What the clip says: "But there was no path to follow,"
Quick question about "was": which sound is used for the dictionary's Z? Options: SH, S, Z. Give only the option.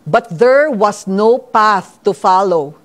S